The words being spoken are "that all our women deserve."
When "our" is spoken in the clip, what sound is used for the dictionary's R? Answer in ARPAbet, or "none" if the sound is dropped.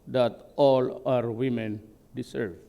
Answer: R